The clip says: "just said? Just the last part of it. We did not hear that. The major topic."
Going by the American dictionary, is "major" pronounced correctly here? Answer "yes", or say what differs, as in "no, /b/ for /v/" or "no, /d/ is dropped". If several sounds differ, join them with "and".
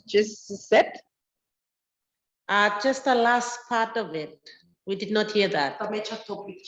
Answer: no, /tʃ/ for /dʒ/